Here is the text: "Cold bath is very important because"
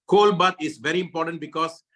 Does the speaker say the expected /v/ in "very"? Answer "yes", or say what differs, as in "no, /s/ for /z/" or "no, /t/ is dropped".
yes